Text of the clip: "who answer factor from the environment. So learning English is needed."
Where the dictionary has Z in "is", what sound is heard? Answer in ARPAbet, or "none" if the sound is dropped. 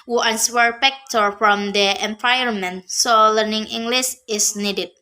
S